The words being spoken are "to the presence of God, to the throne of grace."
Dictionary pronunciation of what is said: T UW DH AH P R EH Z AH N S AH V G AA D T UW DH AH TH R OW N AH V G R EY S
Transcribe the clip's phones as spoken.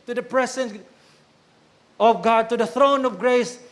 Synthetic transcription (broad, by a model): T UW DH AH P R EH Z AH N AH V G AA D T UW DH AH TH R OW N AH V G R EY S